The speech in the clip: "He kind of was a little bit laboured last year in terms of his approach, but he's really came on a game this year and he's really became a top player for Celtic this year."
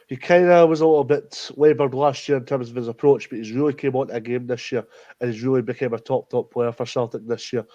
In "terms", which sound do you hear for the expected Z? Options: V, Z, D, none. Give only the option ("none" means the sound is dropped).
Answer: Z